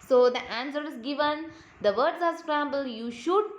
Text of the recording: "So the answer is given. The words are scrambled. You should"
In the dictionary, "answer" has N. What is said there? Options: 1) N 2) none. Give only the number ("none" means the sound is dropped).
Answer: 1